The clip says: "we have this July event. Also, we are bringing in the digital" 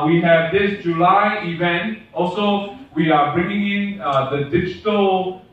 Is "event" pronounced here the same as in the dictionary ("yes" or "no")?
yes